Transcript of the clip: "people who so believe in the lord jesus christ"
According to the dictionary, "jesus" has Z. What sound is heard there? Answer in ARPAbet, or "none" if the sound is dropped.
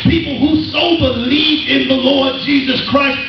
Z